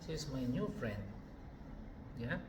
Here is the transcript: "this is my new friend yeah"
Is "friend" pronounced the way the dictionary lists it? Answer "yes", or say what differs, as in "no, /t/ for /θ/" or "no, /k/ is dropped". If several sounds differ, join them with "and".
yes